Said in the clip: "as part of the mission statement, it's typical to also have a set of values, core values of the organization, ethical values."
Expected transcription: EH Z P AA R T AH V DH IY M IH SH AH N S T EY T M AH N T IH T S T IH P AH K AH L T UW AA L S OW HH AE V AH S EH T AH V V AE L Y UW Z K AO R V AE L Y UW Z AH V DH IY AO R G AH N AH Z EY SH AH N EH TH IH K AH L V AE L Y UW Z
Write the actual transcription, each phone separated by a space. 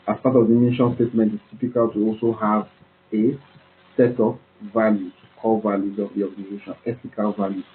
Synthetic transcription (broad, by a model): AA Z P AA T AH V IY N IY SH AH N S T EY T M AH N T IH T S T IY P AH K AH L T UW AA L S OW HH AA V AH S EH T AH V V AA L Y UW K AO L V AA L Y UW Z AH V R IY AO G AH N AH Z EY SH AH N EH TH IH K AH L V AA L Y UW